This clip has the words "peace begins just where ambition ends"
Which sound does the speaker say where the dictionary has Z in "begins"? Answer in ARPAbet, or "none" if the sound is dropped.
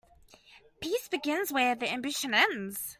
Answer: Z